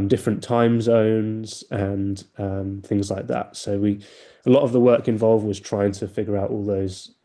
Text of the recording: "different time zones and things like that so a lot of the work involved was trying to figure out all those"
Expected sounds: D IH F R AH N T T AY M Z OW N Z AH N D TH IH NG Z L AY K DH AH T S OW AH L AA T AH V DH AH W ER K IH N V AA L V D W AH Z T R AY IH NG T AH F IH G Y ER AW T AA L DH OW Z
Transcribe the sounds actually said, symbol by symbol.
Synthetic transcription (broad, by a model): D IH F R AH N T T AY M Z OW N Z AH N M TH IH NG Z L AY K DH AH T S OW AH L AA T AH V DH AH W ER K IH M V AA L V D W AH Z T R AY IH NG T AH F IH G Y ER AW T AA L DH OW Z